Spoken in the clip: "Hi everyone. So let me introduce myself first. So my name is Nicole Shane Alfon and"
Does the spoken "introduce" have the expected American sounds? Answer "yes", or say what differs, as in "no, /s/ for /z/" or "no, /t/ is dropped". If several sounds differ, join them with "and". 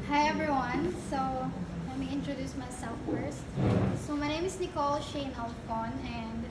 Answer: yes